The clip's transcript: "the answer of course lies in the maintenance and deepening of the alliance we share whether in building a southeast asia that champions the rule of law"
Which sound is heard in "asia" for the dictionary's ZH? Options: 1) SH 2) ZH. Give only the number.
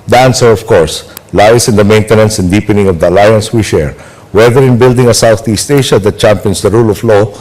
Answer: 1